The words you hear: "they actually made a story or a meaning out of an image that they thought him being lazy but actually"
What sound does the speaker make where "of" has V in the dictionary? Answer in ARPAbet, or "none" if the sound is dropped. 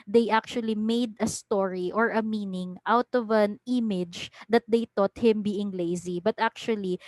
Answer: V